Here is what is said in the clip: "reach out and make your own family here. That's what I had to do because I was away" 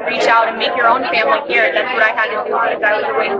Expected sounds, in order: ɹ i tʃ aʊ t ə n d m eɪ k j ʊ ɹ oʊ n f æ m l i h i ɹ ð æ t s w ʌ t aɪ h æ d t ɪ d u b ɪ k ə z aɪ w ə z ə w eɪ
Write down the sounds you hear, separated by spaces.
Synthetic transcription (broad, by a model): ɹ i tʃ aʊ t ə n m eɪ k j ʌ ɹ oʊ n f æ m l i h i ɹ ð æ t s w ʌ t aɪ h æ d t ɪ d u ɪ ə ɪ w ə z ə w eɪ